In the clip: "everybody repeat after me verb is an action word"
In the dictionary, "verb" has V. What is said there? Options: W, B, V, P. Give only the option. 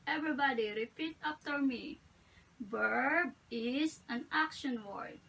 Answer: B